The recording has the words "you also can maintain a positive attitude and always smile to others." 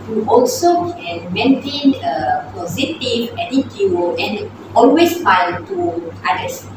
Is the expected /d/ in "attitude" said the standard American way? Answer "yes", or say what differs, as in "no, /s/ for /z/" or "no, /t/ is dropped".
no, /d/ is dropped